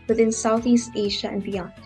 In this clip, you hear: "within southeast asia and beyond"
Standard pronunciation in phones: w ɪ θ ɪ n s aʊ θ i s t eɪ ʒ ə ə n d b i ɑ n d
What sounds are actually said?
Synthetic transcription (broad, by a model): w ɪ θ ɪ n s aʊ θ i s t eɪ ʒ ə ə n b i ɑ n